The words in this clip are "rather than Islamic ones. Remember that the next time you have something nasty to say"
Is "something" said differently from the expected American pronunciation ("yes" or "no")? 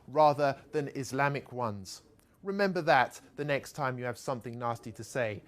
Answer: no